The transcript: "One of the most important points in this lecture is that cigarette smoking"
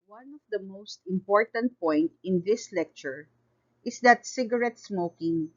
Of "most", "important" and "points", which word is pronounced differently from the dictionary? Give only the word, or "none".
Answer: points